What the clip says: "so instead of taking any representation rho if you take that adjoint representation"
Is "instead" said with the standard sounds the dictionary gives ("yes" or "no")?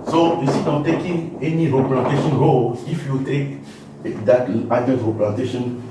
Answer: no